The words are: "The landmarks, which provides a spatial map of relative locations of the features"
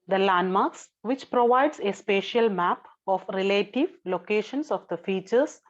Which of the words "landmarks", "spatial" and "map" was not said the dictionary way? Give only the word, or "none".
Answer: none